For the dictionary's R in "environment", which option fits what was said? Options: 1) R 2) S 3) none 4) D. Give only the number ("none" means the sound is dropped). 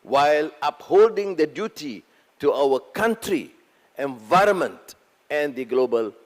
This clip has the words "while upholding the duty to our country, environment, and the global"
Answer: 1